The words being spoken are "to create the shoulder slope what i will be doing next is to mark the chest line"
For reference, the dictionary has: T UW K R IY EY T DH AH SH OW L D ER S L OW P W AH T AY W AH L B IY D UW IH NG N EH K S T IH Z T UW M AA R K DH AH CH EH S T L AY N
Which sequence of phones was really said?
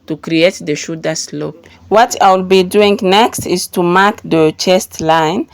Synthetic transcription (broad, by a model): T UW K R IY EY T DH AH SH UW D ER S L OW P W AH T AY W AH L B IY D UW IH NG N EH K S T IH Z T UW M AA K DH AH CH EH S T L AY N